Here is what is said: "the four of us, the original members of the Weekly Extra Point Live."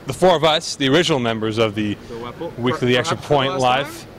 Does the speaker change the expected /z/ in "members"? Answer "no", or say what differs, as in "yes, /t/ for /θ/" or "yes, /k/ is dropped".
no